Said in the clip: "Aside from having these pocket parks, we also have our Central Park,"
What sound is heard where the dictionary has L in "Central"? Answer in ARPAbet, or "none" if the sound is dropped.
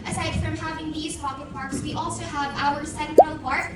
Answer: N